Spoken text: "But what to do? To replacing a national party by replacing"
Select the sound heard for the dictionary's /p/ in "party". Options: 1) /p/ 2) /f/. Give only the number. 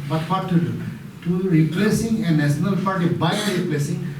2